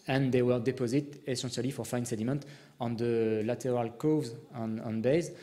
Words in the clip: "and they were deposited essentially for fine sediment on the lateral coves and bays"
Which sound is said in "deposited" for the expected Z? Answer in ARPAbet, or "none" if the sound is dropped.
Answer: Z